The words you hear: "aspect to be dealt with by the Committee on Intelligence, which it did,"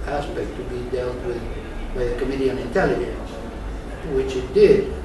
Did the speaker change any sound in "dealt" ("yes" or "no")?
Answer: no